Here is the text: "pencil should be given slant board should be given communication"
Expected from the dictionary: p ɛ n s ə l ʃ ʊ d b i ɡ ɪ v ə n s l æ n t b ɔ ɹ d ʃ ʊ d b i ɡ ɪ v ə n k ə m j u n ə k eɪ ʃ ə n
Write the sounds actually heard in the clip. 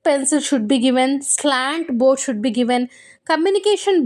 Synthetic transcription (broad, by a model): p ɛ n s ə l ʃ ʊ d b i ɡ ɪ v ə n s l æ n t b ɔ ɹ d ʃ ʊ d b i ɡ ɪ v ə n k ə m j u n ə k eɪ ʃ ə n